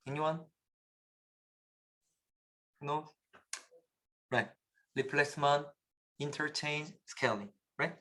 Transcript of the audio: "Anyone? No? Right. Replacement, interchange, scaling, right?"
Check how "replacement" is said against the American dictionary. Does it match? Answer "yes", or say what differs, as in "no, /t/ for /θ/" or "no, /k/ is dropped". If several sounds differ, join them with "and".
no, /l/ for /ɹ/ and /t/ is dropped